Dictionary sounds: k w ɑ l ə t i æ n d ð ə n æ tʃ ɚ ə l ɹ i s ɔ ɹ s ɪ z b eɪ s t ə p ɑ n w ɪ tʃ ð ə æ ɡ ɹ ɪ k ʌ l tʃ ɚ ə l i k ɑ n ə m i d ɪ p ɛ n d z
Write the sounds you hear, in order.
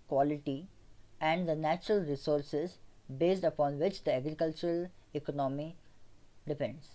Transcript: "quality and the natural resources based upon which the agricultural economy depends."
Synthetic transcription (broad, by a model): k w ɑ l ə t i æ n d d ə n æ tʃ ɚ ə l ɹ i s ɔ ɹ s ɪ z b eɪ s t ə p ɑ n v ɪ tʃ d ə æ ɡ ɹ ɪ k ʌ l tʃ ɚ ə l i k ɑ n ə m i d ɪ p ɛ n d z